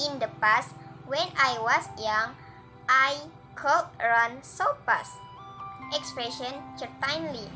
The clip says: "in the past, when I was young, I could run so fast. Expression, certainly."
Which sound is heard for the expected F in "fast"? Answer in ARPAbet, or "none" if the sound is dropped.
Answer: P